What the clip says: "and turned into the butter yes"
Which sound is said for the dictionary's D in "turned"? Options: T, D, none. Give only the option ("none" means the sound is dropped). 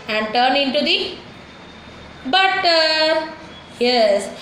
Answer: none